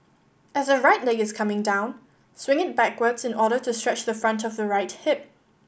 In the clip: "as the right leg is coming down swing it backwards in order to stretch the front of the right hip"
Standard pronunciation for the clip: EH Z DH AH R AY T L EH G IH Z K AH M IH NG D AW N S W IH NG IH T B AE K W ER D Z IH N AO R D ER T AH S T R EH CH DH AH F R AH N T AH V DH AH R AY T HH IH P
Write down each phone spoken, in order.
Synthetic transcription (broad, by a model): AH Z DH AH R AY T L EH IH IH Z K AH M IH NG D AW N S W IH NG IH T B AE K W ER D Z IH N AO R D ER T AH S T R EH CH DH AH F R AH N T AH V DH AH R AY T HH IH P